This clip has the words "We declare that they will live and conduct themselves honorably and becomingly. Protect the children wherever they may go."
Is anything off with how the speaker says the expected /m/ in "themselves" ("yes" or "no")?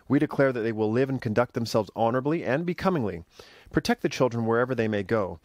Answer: no